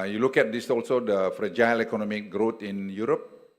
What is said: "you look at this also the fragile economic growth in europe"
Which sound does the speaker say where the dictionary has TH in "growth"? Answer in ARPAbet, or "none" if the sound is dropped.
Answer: T